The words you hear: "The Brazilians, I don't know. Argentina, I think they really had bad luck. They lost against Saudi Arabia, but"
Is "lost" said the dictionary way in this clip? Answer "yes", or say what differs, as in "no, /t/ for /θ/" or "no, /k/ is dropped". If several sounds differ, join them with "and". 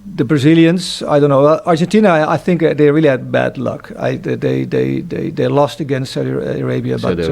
yes